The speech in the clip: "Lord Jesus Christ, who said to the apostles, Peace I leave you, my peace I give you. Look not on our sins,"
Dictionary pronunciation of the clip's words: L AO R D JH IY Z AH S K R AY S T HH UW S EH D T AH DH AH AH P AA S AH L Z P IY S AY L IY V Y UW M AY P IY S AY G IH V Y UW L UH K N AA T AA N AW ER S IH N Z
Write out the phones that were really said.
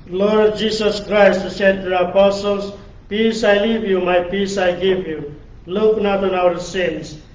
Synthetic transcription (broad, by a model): L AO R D JH IY S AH S K R AY S T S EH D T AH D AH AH P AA S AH L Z P IY S AY L IY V Y UW M AY P IY S AY G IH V Y UW L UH K N AA T AA N AW ER S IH N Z